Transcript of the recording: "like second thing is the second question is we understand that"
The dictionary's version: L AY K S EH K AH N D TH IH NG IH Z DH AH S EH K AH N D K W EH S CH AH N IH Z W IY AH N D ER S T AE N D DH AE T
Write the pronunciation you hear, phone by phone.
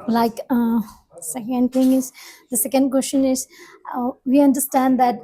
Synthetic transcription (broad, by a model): L AY K S EH K AH N D T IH NG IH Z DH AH S EH K AH N D K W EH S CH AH N IH Z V IY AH N D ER S T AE N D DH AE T